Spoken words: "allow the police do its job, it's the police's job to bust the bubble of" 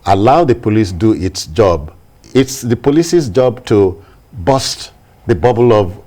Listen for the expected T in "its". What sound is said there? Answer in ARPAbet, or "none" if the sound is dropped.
T